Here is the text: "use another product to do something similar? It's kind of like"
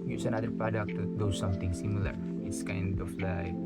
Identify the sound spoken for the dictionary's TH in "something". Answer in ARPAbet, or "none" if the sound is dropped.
T